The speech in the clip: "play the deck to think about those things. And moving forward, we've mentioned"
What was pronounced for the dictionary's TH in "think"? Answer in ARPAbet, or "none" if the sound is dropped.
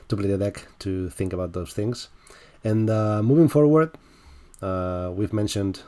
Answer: TH